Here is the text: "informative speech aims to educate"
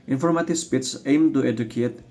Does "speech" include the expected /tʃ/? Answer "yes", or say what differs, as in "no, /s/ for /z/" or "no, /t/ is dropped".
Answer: no, /s/ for /tʃ/